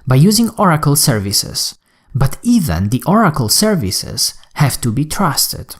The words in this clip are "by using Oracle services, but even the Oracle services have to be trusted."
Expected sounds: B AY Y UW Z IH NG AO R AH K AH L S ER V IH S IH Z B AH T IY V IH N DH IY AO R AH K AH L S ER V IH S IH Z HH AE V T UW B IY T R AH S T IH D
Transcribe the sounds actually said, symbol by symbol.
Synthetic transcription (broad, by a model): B AY Y UW Z IH NG AO R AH K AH L S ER V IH S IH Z B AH T IY V IH N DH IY AO R AH K AH L S ER V IH S IH Z HH AE V T UW B IY T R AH S T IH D